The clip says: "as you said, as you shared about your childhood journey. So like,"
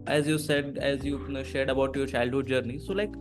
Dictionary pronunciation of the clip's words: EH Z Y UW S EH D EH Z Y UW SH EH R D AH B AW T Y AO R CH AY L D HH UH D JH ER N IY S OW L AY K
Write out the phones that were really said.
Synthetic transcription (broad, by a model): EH Z Y UW S EH D EH Z Y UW SH EH R D AH B AW T Y AO R CH AY L D HH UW D JH ER N IY S OW L AY K